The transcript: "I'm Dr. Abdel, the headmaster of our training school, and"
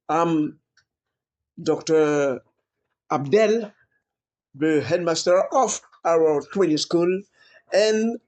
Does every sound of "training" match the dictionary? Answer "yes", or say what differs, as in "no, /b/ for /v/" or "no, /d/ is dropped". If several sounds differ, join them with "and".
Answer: no, /w/ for /ɹ/